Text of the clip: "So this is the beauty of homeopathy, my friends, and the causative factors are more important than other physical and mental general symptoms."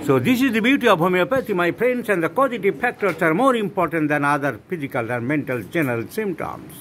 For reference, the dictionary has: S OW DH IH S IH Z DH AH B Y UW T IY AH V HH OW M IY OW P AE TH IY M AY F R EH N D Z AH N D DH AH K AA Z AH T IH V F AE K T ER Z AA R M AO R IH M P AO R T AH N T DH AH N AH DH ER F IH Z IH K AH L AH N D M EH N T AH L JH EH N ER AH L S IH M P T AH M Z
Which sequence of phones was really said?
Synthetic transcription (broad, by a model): S OW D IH S IH Z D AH B Y UW T IY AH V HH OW M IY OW P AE T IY M AY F R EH N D S AH N D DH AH K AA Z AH T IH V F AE K T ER S AA R M AO R IH M P AO R T AH N T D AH N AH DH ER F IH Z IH K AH L AH N D M EH N T AH L JH EH N ER AH L S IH M P T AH M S